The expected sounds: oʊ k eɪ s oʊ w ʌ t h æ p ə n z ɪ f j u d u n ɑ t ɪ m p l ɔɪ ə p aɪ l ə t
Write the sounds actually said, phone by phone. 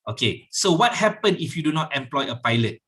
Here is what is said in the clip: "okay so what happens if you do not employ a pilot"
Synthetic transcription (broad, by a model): oʊ k eɪ s oʊ w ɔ t h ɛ p ə n ɪ f j u d u n ɑ t ɪ m p l ɔɪ ə p aɪ l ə t